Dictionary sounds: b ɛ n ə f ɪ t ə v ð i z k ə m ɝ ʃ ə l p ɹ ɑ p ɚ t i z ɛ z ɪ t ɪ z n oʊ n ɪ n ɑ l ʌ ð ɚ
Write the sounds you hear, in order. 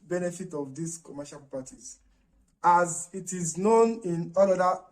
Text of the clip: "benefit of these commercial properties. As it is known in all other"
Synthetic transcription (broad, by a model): b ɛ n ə f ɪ t ə v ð i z k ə m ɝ ʃ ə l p ɑ t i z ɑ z ɪ t ɪ z n oʊ n ɪ n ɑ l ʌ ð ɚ